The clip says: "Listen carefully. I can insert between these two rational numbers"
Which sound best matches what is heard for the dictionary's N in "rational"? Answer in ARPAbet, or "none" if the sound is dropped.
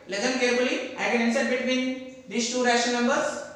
none